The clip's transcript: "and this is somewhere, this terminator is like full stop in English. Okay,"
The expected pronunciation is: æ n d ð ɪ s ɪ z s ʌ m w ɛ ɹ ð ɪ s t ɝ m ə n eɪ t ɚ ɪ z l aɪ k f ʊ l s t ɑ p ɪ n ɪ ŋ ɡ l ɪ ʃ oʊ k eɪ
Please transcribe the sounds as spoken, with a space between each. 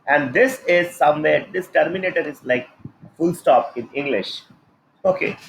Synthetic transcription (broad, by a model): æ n d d ɪ s ɪ z s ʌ m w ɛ ɹ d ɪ s t ɝ m ə n eɪ t ɚ ɪ z l aɪ k f ʊ l s t ɑ p ɪ n ɪ ŋ ɡ l ɪ ʃ oʊ k eɪ